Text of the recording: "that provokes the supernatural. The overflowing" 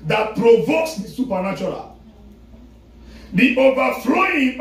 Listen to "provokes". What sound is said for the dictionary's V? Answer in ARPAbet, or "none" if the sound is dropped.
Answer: V